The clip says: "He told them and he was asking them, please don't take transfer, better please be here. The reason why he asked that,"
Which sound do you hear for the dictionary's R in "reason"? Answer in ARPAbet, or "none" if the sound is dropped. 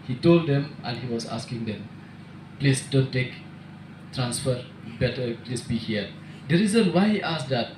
R